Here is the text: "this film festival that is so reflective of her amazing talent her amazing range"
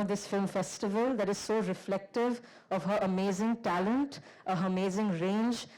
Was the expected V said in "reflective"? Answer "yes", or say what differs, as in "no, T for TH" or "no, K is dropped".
yes